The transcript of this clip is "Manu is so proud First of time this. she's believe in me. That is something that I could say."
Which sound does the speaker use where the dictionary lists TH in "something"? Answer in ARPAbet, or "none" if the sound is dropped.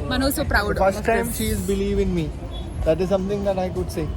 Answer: T